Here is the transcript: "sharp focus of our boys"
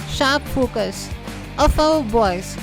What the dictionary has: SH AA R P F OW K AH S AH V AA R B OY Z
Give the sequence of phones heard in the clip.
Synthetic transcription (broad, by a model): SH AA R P F OW K AH S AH F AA W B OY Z